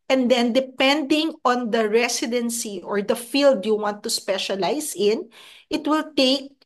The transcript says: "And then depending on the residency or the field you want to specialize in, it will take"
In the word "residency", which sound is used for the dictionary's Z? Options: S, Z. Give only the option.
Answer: S